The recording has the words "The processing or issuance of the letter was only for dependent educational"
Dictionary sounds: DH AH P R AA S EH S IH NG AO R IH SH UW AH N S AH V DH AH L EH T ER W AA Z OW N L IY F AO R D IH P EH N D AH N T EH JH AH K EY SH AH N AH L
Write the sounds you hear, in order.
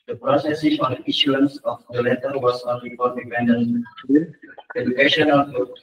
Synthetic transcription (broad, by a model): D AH P R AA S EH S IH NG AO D IH SH UW AH N S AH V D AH L EH T ER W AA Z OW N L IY P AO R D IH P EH N D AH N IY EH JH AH K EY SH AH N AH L